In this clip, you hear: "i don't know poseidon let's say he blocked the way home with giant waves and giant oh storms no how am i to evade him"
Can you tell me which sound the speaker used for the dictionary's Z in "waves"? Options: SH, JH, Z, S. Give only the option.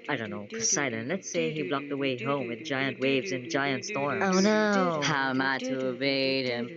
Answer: Z